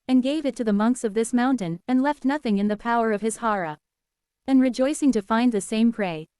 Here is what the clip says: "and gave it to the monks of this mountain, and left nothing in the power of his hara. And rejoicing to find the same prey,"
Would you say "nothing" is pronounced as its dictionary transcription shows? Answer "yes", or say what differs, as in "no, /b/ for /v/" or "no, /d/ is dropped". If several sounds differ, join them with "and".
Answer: yes